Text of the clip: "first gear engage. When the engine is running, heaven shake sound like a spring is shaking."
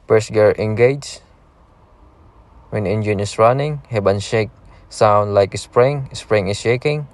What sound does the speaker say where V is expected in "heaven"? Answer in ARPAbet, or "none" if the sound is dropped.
B